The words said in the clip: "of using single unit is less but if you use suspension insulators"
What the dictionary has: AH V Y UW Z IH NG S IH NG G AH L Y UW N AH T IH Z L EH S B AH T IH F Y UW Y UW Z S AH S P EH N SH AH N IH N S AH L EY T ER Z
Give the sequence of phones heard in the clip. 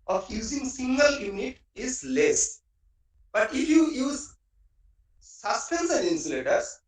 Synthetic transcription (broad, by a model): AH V Y UW Z IH NG S IH NG G AH L Y UW N AH T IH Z L EH S B AH T IH F Y UW Y UW Z S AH S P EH N S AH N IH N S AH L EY T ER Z